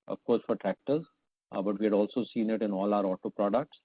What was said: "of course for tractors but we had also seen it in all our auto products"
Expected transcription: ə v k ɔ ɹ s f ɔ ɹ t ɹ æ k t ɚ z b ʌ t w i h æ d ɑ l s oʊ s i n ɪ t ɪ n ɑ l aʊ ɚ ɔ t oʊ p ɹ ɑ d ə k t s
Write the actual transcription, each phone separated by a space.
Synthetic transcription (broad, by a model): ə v k ɔ ɹ s f ɔ ɹ t ɹ æ k t ɚ z b ʌ t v i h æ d ɑ l s oʊ s i n ɪ t ɪ n ɑ l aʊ ɚ ɔ t oʊ p ɹ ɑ d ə k t s